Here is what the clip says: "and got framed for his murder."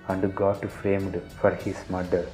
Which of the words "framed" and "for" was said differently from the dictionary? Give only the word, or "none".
none